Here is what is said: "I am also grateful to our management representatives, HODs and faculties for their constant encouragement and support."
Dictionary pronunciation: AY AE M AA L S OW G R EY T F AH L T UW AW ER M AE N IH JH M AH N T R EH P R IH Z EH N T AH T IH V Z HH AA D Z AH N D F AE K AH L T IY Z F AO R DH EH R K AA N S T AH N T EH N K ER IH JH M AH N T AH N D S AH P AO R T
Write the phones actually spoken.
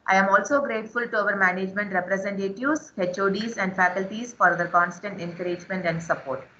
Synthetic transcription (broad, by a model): AY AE M AA L S OW G R EY T F AH L T UW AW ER M AE N IH JH M AH N T R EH P R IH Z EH N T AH T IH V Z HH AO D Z AH N D F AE K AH L T IY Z F AO R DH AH R K AA N S T AH N T EH N K ER IH JH M AH N T AH N D S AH P AO R T